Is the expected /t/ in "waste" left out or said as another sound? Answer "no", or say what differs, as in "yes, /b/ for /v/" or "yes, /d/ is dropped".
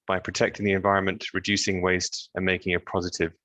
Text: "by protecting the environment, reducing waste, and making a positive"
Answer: no